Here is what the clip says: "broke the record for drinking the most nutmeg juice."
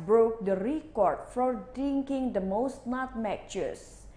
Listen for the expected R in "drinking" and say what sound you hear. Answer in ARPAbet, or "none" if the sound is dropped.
none